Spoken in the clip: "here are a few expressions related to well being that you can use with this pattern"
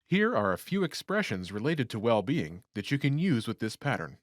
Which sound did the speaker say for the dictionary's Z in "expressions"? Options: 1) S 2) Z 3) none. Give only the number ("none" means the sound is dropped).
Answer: 2